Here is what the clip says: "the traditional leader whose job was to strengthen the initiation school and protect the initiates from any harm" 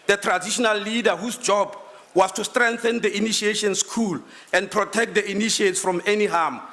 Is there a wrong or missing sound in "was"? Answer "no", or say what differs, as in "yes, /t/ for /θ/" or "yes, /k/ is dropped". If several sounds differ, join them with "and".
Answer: yes, /s/ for /z/